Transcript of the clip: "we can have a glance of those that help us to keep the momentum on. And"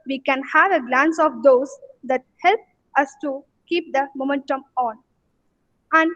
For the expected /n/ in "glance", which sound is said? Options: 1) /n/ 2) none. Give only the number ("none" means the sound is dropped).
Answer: 1